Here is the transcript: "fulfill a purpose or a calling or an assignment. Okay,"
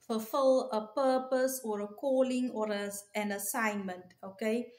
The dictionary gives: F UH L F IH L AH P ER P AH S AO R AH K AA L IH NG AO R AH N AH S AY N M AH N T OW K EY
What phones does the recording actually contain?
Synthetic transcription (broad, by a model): F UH L F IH L AH P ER P AH S AO R AH K AA L IH NG AO R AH N AH S AY N M AH N T OW K EY